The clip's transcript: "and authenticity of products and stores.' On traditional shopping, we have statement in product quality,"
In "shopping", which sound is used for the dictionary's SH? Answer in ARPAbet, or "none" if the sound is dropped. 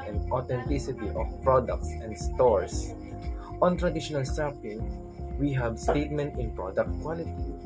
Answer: S